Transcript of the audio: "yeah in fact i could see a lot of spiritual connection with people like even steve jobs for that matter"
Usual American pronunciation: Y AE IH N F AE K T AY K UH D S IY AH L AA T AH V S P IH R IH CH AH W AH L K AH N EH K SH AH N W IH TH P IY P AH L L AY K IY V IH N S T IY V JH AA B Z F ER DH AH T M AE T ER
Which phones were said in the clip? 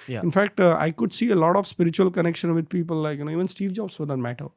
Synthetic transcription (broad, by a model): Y IH N F AE K T AY K UH D S IY AH L AA T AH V S P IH R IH CH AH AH L K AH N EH K SH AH N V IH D P IY P AH L L AY K IY V IH N S T IY V JH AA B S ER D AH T M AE T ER